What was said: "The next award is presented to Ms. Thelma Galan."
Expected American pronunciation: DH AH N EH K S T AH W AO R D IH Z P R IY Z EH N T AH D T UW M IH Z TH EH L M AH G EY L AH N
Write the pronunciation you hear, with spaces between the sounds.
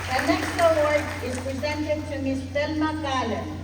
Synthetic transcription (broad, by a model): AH N EH K S T AH W AO R D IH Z P R IY Z EH N T AH D T UW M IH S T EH L M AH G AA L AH